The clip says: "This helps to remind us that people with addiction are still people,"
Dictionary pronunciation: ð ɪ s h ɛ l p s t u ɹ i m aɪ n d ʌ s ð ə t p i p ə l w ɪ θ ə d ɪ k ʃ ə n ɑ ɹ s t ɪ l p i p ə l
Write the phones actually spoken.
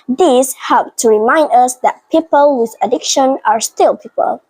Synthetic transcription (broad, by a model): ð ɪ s h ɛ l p t u ɹ i m aɪ n d ʌ s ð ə t p i p ə l w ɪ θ ə d ɪ k ʃ ə n ɑ ɹ s t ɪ l p i p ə l